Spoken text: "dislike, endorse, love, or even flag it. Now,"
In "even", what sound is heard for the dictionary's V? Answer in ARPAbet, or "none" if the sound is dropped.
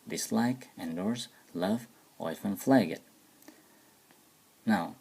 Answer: F